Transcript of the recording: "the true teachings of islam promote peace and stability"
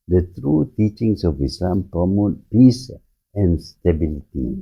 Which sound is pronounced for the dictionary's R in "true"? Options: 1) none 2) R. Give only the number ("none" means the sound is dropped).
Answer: 2